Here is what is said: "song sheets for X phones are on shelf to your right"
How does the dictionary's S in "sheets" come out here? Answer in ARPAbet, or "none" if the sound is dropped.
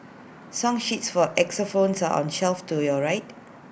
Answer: S